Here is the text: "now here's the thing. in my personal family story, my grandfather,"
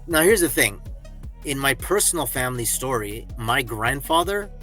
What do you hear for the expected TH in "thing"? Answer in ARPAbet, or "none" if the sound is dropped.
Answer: TH